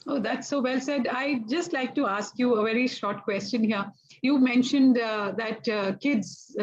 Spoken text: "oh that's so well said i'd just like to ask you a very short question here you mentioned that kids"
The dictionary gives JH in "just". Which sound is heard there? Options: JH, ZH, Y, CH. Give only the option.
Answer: JH